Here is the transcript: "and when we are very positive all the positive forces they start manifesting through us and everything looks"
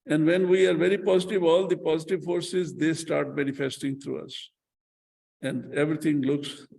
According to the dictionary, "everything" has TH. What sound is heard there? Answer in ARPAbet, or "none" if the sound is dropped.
T